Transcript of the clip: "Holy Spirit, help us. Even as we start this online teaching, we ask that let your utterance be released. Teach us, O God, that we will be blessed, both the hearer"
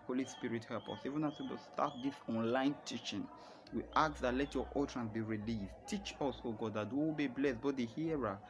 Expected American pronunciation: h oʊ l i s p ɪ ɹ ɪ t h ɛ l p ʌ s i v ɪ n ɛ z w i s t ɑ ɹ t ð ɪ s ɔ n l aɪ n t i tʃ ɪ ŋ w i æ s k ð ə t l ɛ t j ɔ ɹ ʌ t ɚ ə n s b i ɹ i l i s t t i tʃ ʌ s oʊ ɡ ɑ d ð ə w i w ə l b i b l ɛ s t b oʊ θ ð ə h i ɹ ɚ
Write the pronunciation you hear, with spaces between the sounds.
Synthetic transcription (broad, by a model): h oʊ l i s p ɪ ɹ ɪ t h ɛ p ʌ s i v ɪ n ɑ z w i s t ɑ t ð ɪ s ɔ n l aɪ n t i tʃ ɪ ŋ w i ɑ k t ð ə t l ɛ t j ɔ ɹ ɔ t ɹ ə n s b i ɹ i l i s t t i tʃ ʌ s oʊ ɡ ɑ d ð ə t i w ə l b i b l ɛ s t b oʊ t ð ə h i ɹ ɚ